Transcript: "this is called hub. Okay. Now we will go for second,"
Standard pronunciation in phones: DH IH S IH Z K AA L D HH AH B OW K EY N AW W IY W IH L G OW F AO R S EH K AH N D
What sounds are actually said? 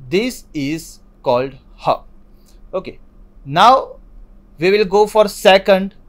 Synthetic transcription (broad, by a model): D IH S IH Z K AA L D HH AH OW K EY N AW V IY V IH L G OW F AO R S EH K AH N D